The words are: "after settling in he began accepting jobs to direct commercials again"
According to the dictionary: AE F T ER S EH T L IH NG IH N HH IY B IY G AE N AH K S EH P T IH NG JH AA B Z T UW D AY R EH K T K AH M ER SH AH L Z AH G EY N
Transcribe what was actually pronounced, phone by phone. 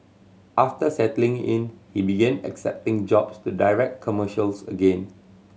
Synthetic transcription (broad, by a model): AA F T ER S EH T L IH NG IH N HH IY B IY G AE N AH K S EH P T IH NG JH AA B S T UW D AY R EH K T K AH M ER SH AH L S AH G EY N